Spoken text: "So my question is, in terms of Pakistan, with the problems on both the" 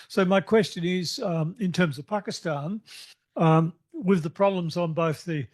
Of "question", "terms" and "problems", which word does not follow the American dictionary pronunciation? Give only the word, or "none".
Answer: none